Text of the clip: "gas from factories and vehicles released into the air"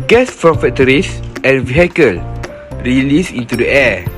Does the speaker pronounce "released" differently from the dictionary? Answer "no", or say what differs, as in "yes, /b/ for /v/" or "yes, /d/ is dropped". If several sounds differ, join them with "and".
yes, /t/ is dropped